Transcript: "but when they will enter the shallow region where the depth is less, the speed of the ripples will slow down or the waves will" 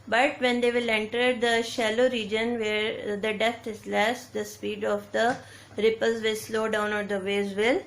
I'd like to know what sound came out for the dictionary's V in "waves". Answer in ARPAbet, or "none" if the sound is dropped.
none